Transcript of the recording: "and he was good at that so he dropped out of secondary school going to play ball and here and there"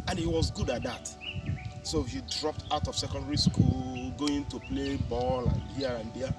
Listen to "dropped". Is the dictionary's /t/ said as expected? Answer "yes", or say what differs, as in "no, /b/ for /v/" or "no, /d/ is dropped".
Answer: yes